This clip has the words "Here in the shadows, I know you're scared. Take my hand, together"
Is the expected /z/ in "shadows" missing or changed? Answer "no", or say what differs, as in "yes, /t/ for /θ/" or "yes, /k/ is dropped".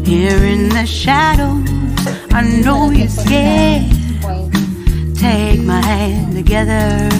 yes, /z/ is dropped